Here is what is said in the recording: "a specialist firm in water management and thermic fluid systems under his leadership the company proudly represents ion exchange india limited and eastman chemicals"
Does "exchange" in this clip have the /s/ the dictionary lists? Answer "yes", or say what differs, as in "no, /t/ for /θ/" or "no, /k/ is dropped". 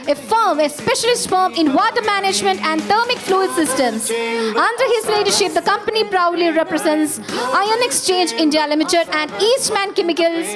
yes